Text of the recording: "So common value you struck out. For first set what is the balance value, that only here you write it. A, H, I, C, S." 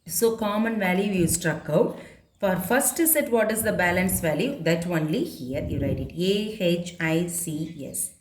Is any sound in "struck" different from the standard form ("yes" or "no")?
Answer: no